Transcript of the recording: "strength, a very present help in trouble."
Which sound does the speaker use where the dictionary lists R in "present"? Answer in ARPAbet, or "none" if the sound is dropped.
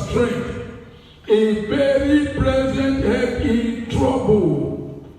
L